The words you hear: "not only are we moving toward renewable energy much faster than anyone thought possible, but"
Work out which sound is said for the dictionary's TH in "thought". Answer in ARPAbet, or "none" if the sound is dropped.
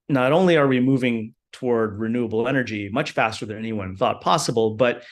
TH